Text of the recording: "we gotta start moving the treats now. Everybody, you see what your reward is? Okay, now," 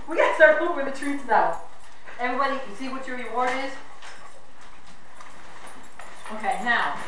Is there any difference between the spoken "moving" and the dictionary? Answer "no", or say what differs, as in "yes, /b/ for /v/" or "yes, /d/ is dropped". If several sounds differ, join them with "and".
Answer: yes, /w/ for /v/